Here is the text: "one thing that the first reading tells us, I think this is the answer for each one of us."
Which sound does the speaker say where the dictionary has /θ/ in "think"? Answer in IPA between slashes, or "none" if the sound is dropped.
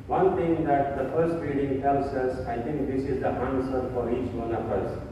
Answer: /t/